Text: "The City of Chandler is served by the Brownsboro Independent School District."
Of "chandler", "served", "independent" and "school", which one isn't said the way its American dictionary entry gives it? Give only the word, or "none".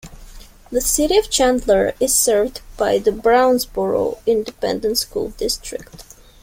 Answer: none